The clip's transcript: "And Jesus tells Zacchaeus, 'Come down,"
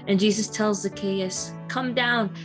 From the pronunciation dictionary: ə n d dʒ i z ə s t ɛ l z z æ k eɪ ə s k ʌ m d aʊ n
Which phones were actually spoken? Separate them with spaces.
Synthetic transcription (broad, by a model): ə n dʒ i z ə s t ɛ l z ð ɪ k eɪ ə s k ʌ m d aʊ n